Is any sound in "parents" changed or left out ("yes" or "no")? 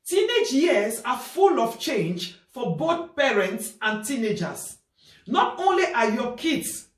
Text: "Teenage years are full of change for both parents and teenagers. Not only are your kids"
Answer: no